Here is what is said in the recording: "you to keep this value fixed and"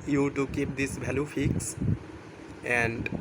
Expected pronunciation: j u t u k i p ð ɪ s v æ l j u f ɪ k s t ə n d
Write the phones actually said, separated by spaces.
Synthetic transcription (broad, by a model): j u t u k i p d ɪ s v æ l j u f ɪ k s ə n d